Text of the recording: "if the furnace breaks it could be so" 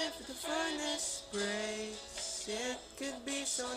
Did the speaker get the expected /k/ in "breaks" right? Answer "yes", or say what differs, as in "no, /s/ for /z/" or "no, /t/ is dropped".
no, /k/ is dropped